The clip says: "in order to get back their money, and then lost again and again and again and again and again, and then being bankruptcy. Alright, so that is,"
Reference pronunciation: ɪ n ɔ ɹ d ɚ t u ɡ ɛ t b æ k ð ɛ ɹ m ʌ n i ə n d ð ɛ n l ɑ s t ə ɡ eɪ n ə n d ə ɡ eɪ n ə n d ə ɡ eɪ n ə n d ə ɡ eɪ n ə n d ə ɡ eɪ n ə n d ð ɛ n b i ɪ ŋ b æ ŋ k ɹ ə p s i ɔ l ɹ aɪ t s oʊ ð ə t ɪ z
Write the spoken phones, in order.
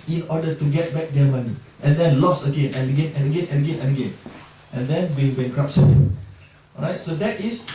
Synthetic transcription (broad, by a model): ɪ n ɔ d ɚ t u ɡ ɛ t b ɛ k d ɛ m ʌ n i ə n d ɛ n l ɑ s ə ɡ eɪ n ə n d ə ɡ eɪ n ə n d ə ɡ eɪ n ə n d ə ɡ eɪ n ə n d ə ɡ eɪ n ə n d ɛ n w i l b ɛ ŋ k ɹ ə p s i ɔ ɹ aɪ t s oʊ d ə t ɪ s